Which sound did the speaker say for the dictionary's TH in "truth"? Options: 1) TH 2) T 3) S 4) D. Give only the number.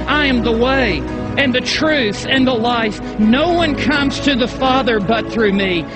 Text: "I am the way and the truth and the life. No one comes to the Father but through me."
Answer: 1